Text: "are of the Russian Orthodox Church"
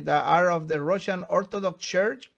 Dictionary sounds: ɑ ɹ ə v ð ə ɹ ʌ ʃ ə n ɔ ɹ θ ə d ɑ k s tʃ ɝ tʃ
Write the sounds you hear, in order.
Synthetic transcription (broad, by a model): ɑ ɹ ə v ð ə ɹ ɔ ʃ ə n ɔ ɹ t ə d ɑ k s tʃ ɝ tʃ